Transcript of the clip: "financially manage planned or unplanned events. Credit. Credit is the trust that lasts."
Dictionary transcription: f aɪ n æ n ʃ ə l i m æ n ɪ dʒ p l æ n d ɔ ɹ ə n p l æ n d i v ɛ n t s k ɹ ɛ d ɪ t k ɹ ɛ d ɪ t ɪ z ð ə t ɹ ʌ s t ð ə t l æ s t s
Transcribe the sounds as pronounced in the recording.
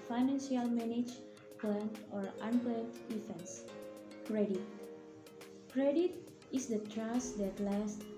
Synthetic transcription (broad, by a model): f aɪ n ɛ n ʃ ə l m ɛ n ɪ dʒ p l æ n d ɔ ɹ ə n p l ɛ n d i f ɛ n s k ɹ ɛ d ɪ t k ɹ ɛ d ɪ t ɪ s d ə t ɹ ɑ s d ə t l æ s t